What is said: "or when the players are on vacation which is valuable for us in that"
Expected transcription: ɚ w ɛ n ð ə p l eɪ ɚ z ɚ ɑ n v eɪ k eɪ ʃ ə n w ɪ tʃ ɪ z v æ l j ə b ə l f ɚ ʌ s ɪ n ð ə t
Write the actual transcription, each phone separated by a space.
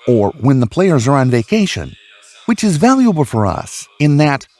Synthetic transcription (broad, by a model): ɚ w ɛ n ð ə p l eɪ ɚ z ɚ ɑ n v eɪ k eɪ ʃ ə n w ɪ tʃ ɪ z v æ l j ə b l f ɚ ʌ s ɪ n ð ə t